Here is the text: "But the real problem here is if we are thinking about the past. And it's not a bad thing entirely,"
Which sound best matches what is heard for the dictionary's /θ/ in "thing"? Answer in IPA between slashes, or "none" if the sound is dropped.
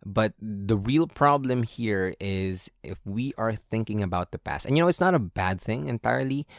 /θ/